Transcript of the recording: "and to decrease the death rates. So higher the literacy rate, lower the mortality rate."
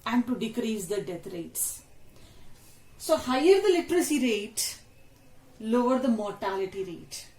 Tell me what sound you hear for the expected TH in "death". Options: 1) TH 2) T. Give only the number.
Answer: 2